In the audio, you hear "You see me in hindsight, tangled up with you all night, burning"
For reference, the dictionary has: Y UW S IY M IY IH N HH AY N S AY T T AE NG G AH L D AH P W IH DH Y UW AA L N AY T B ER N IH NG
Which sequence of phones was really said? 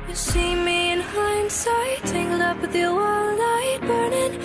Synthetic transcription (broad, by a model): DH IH SH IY M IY IH N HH AY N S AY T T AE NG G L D AH P W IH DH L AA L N AY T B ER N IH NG